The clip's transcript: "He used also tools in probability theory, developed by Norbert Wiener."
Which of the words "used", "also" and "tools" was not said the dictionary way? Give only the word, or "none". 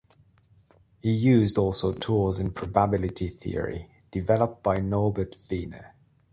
tools